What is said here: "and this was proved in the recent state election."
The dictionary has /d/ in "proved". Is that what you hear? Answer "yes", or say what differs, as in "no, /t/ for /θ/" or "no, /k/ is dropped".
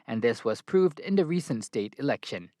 yes